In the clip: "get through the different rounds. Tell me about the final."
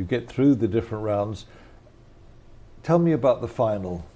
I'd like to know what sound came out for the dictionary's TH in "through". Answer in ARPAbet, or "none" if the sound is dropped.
TH